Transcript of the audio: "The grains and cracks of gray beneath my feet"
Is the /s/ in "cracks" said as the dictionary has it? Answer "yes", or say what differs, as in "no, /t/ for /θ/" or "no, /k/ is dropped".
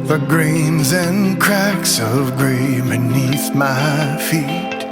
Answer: yes